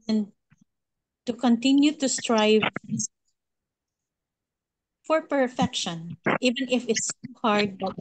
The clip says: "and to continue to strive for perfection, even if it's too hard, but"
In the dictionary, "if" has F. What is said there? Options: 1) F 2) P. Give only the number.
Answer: 1